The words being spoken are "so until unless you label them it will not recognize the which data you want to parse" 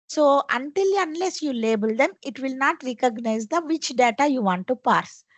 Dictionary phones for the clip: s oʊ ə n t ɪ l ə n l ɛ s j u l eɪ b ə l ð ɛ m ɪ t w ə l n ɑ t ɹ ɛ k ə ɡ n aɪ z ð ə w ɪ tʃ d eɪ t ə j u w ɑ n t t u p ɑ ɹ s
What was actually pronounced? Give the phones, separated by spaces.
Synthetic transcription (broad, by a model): s oʊ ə n t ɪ l ə n l ɛ s j u l eɪ b ə l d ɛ m ɪ t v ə l n ɑ t ɹ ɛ k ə ɡ n aɪ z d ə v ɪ tʃ d eɪ t ə j u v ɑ n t t u p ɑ ɹ s